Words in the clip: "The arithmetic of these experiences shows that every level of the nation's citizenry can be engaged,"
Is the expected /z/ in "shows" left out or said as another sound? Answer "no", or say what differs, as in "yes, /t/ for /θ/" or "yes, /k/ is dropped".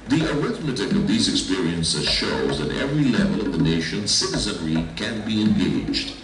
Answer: no